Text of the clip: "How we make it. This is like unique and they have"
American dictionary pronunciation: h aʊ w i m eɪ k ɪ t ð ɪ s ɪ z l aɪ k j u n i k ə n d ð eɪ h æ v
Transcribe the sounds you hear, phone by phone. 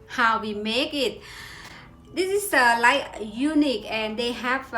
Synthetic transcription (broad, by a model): h aʊ w i m eɪ k ɪ t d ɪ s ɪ s l aɪ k j u n i k ə n d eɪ h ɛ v